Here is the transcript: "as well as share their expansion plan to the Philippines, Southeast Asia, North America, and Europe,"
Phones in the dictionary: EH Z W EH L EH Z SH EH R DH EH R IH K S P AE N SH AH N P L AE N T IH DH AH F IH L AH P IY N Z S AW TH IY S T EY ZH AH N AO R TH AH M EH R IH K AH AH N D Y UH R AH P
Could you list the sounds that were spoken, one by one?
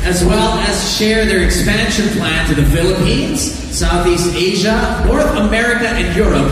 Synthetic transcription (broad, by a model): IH Z W EH L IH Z SH EH R DH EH R IH K S P AE N SH AH N P L AE N T IH DH AH F IH L AH P IY N Z S AW TH IY S T EY ZH AH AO R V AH M EH R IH K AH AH N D Y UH R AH P